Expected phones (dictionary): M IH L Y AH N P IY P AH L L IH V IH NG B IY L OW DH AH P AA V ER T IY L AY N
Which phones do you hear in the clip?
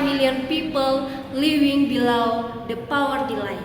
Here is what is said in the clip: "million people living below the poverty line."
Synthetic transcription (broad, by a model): M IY L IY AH N P IY P AH L L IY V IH NG B IY L OW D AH P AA W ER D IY L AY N